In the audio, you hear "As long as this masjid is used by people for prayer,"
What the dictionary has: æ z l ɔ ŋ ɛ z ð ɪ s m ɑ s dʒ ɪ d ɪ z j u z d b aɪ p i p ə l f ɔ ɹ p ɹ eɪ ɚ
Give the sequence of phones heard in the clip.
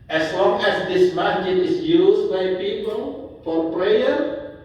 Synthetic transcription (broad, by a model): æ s l ɔ ŋ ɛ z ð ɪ s m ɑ dʒ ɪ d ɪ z j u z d b aɪ p i p ə l f ɔ ɹ p ɹ eɪ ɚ